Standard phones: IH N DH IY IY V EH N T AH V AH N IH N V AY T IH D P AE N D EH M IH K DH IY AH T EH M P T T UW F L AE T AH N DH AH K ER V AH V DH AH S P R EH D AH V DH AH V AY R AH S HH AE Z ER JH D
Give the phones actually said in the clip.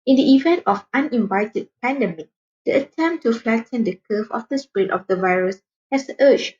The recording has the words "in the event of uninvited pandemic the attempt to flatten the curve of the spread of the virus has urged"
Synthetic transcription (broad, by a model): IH N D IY IY V EH N T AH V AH N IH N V AY T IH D P AE N D EH M IH K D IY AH T EH M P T T UW F L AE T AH N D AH K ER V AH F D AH S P R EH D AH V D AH V AY R AH S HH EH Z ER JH